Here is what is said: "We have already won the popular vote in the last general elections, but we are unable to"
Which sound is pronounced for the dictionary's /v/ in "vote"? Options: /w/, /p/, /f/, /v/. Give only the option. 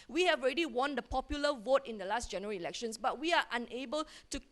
/v/